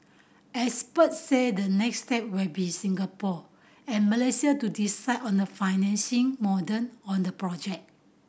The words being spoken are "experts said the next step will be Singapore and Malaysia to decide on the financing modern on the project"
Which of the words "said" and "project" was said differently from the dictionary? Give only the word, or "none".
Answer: project